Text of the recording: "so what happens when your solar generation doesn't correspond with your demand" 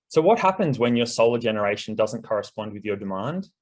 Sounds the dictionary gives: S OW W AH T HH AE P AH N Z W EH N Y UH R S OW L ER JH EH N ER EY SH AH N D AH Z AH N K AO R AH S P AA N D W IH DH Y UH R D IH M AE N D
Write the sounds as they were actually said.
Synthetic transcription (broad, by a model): S OW W AH T HH AE P AH N Z W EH N Y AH R S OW L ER JH EH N ER EY SH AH N D AH Z AH N K AO R AH S P AA N D W IH DH Y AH R D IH M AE N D